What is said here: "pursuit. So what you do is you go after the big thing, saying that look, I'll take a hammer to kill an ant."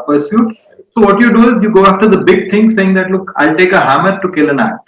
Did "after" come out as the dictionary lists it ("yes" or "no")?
yes